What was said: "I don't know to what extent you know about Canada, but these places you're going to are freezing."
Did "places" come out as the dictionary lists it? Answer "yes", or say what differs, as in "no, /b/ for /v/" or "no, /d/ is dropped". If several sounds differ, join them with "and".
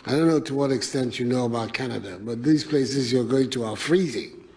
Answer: yes